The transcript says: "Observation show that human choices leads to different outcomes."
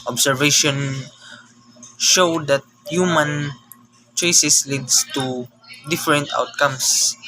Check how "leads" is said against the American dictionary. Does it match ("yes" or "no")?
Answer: no